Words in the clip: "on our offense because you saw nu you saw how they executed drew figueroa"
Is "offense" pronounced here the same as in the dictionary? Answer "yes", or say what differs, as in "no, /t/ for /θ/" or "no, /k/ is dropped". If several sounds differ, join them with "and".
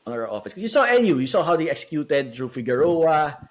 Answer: no, /n/ is dropped